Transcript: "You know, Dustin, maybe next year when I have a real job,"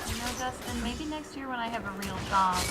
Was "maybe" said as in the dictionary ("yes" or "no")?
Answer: yes